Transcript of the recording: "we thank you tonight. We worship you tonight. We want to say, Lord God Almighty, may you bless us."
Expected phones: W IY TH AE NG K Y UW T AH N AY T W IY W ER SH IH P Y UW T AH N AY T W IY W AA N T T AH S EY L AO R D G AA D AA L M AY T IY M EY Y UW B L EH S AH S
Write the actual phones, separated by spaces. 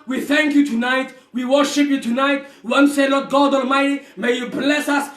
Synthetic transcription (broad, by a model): W IY TH AE NG K Y UW T AH N AY T W IY W ER SH IH P Y UW T AH N AY T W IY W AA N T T S EY L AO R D G AA D AA L M AY T IY M EY Y UW B L EH S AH S